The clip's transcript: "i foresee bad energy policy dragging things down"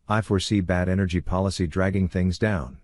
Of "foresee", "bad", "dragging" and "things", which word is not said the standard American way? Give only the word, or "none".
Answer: none